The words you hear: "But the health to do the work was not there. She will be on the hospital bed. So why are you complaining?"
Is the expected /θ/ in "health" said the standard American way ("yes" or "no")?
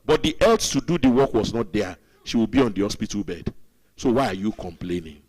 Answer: no